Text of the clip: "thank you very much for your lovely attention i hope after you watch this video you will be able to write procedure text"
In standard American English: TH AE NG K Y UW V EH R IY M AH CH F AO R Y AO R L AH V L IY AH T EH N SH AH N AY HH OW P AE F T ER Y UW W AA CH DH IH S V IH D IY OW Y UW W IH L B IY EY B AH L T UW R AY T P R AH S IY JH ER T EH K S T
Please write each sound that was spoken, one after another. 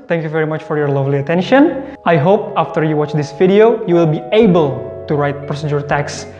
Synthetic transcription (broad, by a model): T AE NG K Y UW V EH R IY M AH CH F AO R Y AO R L AH V L IY AH T EH N SH AH N AY HH OW P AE F T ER Y UW W AA CH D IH S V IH D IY OW Y UW W IH L B IY EY B AH L T UW R AY T P R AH S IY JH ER T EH K S